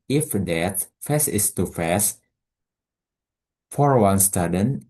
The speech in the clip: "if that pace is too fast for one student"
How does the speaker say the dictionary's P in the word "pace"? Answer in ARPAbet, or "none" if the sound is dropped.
F